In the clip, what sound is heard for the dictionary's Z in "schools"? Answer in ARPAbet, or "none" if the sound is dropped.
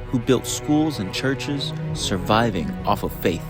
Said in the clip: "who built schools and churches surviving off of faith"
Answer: Z